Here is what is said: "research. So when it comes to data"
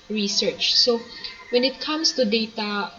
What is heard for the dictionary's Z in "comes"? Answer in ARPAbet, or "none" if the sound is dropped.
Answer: S